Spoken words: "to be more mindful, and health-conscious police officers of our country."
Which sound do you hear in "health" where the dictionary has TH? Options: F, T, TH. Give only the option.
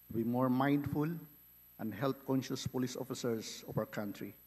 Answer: T